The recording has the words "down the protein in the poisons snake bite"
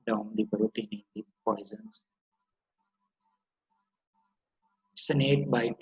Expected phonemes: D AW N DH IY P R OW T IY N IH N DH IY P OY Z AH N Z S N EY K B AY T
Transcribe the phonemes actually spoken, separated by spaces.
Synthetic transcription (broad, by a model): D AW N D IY B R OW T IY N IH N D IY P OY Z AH N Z S N EY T B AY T